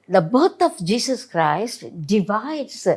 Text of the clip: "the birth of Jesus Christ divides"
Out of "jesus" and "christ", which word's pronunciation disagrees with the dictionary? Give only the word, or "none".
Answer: jesus